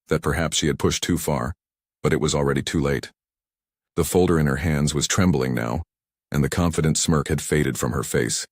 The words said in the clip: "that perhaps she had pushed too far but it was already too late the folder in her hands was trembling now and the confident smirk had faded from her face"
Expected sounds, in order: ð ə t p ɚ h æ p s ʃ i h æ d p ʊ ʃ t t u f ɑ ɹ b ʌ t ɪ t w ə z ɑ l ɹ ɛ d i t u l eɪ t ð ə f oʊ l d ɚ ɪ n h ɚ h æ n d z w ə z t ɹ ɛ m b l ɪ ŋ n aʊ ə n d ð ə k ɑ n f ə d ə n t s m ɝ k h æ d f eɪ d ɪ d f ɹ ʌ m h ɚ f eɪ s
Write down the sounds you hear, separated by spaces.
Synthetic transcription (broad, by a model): ð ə t p ɚ h æ p s ʃ i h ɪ d p ʊ ʃ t t u f ɑ ɹ b ʌ t ɪ t w ə z l ɹ ɛ d i t u l eɪ t ð ə f oʊ l d ɚ ɪ n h ɚ h æ n d z w ə z t ɹ ɛ m b l ɪ ŋ n aʊ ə n ð ə k ɑ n f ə d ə n t s m ɝ k h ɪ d f eɪ d ɪ d f ɹ ʌ m ɚ f eɪ s